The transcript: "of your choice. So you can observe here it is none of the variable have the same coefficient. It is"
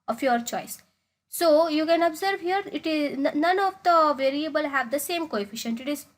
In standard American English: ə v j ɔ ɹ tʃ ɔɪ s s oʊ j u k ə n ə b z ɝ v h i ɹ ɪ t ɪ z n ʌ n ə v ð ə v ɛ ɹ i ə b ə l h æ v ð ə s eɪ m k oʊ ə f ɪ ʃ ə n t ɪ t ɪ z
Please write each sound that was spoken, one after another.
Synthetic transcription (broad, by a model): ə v j ɔ ɹ tʃ ɔɪ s s oʊ j u k ə n ə b z ɝ v h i ɹ ɪ t ɪ z n ʌ n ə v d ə v ɛ ɹ i ə b ə l h æ v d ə s eɪ m k oʊ ə f ɪ ʃ ə n t ɪ t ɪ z